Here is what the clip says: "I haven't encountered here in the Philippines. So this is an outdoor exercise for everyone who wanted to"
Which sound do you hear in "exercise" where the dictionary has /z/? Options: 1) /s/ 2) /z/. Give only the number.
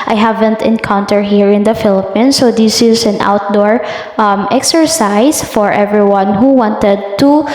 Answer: 1